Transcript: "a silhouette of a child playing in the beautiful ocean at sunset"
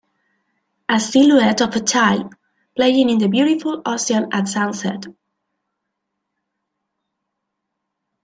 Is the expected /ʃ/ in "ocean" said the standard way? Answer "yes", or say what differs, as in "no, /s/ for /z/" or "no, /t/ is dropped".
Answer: no, /s/ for /ʃ/